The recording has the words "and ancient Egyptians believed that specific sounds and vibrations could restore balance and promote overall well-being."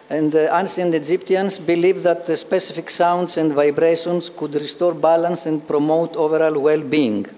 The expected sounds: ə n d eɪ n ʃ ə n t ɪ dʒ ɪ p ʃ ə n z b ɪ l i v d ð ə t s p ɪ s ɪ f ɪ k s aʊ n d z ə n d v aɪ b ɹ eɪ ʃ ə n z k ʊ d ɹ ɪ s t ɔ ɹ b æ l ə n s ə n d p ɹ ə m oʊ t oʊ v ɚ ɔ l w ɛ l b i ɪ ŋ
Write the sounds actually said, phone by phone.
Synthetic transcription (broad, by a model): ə n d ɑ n s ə n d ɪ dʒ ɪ p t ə n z b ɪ l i v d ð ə t s p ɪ s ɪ f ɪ k s aʊ n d s ə n d v aɪ b ɹ eɪ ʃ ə n s k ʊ d ɹ ɪ s t ɔ ɹ b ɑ l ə n s ə n d p ɹ ə m oʊ t oʊ v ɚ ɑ l w ɛ l b i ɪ ŋ